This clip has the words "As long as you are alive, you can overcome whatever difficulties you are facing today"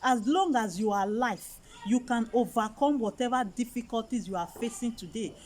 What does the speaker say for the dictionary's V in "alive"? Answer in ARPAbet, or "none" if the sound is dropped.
F